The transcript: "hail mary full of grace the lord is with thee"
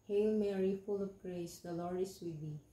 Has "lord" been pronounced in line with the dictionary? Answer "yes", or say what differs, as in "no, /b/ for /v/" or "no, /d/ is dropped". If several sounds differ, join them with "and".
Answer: no, /d/ is dropped